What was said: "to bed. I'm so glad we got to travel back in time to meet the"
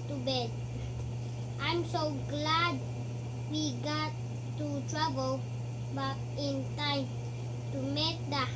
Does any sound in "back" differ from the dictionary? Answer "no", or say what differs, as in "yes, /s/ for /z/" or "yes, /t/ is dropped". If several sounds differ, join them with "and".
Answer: yes, /k/ is dropped